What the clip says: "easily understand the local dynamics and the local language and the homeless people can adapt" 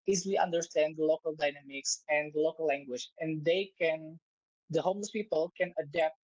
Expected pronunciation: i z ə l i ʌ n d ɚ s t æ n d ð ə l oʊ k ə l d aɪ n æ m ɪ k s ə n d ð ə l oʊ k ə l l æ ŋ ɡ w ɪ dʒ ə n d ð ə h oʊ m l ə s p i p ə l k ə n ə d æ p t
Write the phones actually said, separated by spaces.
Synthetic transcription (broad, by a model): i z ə l i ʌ n d ɚ s t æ n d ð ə l oʊ k ə l d aɪ n æ m ɪ k s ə n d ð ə l oʊ k ə l l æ ŋ ɡ w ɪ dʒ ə n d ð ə h oʊ m l ə s p i p ə l k ə n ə d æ p t